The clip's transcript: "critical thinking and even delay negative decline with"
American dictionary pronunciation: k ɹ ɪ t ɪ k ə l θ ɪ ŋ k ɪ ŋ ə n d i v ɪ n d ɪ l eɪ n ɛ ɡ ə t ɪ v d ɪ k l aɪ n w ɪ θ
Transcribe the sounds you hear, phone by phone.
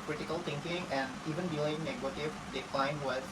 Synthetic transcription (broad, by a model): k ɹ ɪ t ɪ k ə l t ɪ ŋ k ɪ ŋ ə n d i v ɪ n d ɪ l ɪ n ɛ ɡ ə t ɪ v d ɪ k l aɪ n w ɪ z